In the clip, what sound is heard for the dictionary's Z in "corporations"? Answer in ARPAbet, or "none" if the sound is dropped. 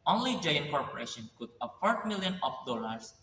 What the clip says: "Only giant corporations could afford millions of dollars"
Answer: none